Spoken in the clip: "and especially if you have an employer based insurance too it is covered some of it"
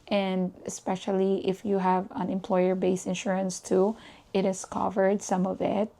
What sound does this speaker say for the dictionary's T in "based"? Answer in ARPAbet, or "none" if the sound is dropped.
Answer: none